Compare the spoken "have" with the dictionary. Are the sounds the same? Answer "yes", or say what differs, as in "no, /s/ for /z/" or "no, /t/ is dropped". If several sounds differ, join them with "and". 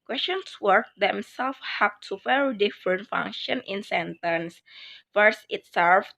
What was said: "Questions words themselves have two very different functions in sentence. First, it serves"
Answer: no, /p/ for /v/